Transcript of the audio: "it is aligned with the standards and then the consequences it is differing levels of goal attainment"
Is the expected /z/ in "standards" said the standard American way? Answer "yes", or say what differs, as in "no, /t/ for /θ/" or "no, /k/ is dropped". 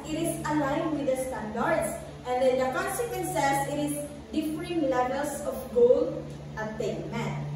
no, /s/ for /z/